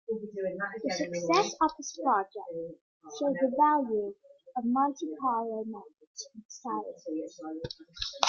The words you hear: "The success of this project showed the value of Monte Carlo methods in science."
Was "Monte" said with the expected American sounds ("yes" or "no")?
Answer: no